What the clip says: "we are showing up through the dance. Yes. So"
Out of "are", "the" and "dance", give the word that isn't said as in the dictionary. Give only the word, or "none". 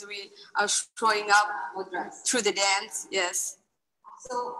none